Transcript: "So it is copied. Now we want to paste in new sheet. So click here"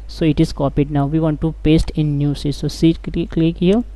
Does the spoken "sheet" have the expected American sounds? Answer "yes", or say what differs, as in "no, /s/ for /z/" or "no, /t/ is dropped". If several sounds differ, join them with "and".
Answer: no, /s/ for /ʃ/